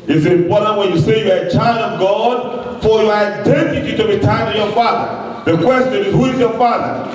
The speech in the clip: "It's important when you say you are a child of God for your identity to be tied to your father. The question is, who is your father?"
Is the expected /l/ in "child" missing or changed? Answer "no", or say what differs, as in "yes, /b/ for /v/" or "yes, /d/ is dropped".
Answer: no